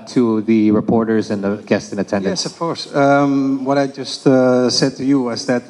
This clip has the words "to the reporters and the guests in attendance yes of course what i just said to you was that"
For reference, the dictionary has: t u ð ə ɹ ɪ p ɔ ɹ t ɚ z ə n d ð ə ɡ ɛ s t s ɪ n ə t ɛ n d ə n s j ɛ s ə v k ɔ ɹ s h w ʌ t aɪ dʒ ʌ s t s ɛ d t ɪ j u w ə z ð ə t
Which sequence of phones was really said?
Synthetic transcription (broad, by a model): t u ð ə ɹ ɪ p ɔ ɹ t ɚ z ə n ð ə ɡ ɛ s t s ɪ n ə t ɛ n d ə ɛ s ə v k ɔ ɹ s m w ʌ t aɪ dʒ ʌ s t s ɛ d t ɪ j u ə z ð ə t